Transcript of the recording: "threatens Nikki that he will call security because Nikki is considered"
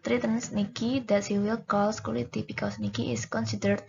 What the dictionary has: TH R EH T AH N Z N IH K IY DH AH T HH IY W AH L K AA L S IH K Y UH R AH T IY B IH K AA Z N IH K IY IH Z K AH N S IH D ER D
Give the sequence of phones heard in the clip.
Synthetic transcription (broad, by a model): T R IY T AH N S N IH K IY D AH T HH IY W AH L K AA L S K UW L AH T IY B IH K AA S N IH K IY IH S K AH N S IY D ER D